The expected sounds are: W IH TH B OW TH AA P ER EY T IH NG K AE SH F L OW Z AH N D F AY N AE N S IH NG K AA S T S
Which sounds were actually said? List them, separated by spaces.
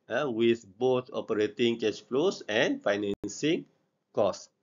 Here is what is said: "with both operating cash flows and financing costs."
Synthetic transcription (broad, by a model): W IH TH B OW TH AA P ER EY T IH NG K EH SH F L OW S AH N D F AY N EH N S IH NG K AA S S